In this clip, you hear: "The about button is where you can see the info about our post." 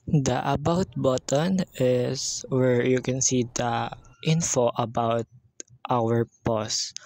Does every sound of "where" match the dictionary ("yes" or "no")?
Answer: yes